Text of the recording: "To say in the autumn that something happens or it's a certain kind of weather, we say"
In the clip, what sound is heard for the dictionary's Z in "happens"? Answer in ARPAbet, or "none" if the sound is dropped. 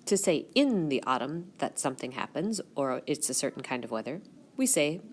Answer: Z